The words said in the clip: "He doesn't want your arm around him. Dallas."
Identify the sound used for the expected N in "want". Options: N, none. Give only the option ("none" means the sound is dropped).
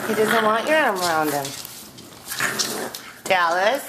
none